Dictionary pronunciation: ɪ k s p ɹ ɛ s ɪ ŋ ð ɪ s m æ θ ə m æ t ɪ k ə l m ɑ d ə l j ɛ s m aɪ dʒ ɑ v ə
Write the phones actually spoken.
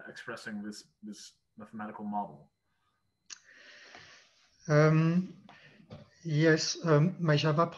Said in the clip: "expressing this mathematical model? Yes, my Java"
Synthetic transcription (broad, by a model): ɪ k s p ɹ ɛ s ɪ ŋ ð ɪ s m æ θ ə m æ t ɪ k ə l m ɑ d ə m j ɛ s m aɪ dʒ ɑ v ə